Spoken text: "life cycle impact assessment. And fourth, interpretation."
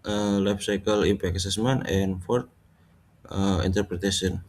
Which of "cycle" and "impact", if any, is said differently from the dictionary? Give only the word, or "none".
impact